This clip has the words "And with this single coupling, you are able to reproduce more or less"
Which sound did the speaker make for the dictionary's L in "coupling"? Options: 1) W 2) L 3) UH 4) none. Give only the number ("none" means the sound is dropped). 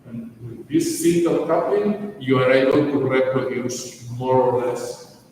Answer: 4